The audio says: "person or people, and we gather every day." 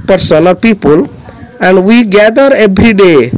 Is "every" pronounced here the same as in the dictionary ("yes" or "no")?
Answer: no